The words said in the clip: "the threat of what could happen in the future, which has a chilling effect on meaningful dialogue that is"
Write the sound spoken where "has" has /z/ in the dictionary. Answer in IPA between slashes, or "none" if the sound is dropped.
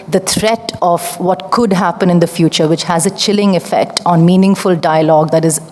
/z/